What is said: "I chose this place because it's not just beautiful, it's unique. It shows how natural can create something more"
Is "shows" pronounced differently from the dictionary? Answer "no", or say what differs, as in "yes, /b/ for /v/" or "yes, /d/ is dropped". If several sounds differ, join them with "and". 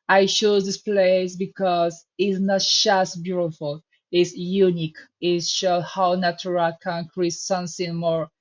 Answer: yes, /z/ is dropped